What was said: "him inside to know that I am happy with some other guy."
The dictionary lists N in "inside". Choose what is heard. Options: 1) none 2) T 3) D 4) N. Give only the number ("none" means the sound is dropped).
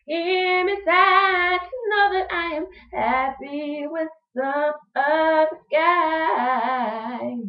1